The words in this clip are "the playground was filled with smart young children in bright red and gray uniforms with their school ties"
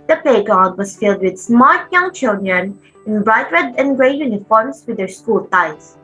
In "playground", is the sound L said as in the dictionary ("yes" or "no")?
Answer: no